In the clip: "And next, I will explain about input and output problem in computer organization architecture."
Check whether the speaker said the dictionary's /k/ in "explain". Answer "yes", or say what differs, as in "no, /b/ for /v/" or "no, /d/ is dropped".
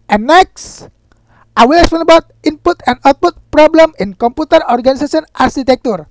no, /k/ is dropped